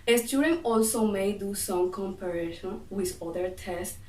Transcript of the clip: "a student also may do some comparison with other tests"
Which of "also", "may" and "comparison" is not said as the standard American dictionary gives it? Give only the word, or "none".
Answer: comparison